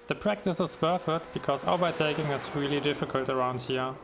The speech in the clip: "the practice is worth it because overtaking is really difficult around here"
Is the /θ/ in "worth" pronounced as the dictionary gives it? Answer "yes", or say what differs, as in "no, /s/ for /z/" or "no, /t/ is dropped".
no, /f/ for /θ/